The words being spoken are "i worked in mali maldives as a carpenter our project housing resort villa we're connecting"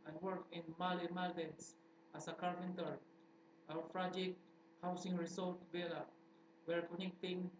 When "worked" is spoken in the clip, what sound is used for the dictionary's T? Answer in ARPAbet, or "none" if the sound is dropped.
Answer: none